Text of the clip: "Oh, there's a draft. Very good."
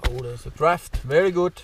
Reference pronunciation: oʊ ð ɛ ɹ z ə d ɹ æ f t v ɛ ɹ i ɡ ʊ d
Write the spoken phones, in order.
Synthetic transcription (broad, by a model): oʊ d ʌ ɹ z ə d ɹ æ f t v ɛ ɹ i ɡ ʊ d